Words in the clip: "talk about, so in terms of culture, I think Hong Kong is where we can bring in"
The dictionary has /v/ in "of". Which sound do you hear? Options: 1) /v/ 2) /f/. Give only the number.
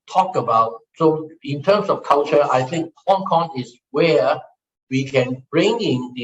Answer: 2